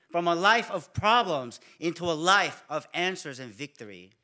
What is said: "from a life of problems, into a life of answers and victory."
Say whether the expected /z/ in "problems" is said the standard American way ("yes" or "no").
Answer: yes